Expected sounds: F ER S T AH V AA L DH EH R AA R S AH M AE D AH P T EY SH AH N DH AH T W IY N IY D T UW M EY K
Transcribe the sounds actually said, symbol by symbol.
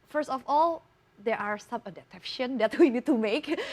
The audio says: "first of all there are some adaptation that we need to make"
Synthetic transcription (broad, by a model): F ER S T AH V AA L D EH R AA R S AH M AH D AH T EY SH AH N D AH T W IY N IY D T UW M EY K